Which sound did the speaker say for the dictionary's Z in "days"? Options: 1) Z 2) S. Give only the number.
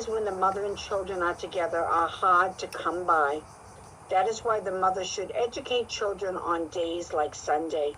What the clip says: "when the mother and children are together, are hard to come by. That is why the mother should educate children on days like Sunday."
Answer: 1